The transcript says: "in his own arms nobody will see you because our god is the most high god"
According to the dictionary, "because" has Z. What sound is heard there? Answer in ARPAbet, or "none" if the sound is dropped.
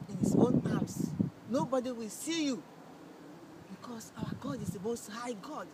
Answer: S